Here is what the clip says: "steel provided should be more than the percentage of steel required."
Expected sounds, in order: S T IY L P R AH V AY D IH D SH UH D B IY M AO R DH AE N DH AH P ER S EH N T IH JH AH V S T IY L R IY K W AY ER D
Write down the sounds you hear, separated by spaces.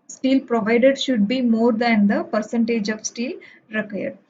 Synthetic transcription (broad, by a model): S T IY L P R AH V AY D IH D SH UH D B IY M AO R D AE N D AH P ER S EH N T IH JH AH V S T IY L R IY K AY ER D